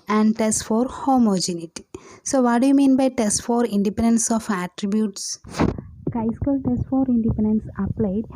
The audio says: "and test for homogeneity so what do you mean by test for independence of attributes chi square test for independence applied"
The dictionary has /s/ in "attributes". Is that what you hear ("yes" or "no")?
yes